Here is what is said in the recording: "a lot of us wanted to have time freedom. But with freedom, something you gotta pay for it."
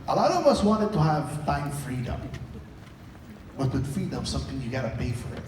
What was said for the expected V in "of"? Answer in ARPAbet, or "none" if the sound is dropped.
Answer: V